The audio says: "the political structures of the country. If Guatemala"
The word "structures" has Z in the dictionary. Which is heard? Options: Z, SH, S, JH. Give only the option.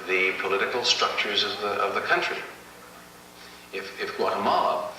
Z